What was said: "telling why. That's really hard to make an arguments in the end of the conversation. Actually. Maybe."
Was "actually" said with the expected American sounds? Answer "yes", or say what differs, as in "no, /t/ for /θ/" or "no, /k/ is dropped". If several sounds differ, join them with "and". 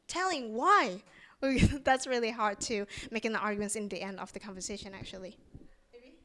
no, /l/ is dropped